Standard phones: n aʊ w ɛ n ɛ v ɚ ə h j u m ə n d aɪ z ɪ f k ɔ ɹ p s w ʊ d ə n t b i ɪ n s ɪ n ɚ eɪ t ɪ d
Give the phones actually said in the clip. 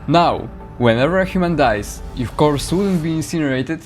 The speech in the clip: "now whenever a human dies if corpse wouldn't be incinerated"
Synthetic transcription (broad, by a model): n aʊ w ɛ n ɛ v ɚ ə h j u m ə n d aɪ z ɪ f k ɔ ɹ s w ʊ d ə n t b i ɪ n s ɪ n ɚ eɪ t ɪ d